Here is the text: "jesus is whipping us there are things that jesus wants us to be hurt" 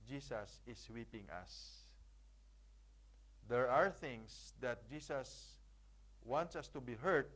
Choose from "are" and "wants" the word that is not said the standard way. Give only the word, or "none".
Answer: none